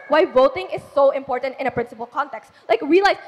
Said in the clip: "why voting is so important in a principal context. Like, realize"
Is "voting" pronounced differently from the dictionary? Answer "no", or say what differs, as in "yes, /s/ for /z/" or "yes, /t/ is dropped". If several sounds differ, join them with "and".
no